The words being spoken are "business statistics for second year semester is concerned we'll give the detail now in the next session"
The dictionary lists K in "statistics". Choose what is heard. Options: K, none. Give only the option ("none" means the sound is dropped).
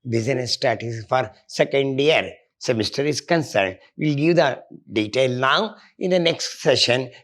none